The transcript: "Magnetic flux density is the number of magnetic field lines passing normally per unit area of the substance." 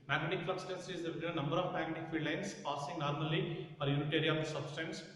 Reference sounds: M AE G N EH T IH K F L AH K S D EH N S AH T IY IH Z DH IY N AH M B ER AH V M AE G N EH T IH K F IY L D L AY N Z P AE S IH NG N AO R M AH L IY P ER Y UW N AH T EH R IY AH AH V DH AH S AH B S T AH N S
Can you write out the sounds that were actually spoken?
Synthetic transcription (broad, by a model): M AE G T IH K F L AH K S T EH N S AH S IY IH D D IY N AH M B ER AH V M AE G AH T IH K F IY D L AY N S P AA S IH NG N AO R M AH L IY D Y UW N AH T EH R IY AH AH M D S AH B S T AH N S